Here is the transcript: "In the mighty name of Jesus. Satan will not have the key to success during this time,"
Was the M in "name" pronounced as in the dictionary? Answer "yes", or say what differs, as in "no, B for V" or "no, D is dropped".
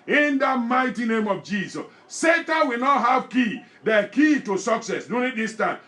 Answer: yes